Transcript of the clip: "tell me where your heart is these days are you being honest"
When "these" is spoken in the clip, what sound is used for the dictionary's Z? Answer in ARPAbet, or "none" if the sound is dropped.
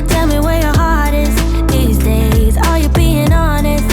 Z